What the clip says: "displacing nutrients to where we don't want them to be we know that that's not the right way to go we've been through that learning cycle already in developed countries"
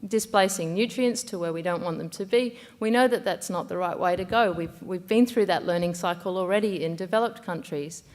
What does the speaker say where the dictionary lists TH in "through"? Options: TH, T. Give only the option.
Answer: TH